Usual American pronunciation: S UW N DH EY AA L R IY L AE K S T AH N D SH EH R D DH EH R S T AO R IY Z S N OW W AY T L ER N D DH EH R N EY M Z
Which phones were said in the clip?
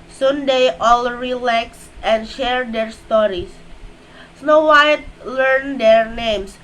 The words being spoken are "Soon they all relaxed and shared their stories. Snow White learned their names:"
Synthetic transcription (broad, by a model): S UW N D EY AA L R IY L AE K S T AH N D SH EH R D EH R S T AO R IY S S N OW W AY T L ER N D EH R N EY M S